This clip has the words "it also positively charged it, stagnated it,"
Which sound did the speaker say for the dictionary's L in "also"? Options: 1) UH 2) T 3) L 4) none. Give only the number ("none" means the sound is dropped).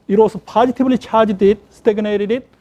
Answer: 4